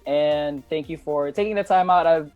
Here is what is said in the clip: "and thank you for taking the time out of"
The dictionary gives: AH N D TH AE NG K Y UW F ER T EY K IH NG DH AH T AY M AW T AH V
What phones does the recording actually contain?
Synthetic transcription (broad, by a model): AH N TH AE NG K Y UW F ER T EY K IH NG DH AH T AY M AW T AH V